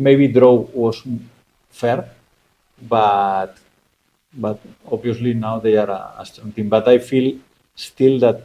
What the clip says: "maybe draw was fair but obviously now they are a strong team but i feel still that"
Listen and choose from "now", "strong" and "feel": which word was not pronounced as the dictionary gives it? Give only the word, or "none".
strong